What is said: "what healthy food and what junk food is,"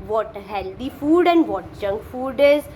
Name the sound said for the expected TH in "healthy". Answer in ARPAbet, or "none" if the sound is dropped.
T